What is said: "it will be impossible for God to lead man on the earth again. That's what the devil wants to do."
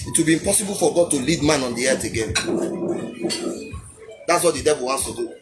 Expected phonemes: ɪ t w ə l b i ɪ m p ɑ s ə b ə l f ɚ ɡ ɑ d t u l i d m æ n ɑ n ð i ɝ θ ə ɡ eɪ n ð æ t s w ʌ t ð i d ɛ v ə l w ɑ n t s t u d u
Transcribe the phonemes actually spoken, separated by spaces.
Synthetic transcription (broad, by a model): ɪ t w ə l b i ɪ m p ɑ s ə b ə l f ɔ ɡ ɑ d t u l i d m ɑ n ɑ n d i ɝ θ ə ɡ eɪ n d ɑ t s w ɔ t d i d ɛ v ə l w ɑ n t s t u d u